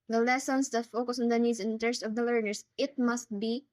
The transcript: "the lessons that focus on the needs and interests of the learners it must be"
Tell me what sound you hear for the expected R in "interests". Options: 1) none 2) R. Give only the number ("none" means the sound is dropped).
1